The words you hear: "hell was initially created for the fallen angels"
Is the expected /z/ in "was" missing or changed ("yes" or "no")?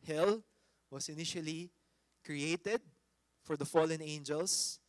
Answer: yes